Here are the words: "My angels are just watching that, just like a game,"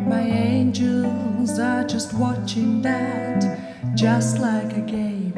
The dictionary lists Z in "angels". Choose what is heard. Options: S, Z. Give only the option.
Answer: Z